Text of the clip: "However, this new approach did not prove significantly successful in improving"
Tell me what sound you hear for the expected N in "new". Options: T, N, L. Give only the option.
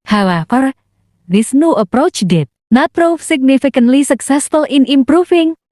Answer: N